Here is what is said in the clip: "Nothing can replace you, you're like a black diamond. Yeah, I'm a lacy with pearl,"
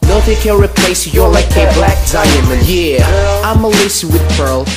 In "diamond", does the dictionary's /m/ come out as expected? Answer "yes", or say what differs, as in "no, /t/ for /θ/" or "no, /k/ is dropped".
no, /m/ is dropped